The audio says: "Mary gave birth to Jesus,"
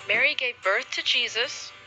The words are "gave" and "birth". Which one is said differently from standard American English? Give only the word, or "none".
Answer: none